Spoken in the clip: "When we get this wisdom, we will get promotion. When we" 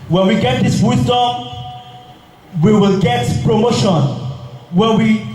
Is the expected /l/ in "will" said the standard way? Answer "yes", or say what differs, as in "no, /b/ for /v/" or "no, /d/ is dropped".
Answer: yes